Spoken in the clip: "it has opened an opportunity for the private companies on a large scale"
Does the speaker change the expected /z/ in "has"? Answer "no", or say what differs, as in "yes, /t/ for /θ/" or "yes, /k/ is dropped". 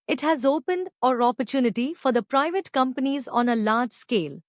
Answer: no